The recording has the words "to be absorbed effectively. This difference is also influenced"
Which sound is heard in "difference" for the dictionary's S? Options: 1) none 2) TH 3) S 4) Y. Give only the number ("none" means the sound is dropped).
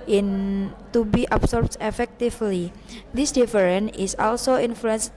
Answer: 1